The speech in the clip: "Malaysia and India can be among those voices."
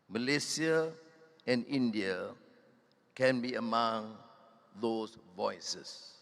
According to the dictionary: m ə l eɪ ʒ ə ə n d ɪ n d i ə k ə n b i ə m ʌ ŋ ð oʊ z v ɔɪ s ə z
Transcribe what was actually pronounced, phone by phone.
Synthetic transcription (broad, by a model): m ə l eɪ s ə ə n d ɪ n d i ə k ə n b i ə m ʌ ŋ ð oʊ s v ɔɪ s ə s